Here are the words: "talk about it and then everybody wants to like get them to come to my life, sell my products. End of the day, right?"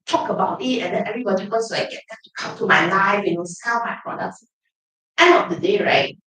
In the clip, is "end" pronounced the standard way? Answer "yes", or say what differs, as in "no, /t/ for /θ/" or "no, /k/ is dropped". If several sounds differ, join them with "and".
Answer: no, /d/ is dropped